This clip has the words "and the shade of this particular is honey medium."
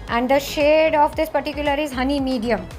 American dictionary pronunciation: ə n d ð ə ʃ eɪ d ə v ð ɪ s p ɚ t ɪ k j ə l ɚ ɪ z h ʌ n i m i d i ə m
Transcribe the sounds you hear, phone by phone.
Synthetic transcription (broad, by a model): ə n d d ə ʃ eɪ d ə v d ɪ s p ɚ t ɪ k j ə l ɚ ɪ z h ʌ n i m i d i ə m